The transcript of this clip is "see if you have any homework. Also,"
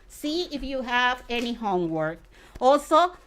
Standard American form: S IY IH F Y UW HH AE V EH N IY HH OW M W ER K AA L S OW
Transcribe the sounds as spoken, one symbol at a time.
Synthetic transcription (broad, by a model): S IY IH F Y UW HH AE V EH N IY HH OW M W ER K AA L S OW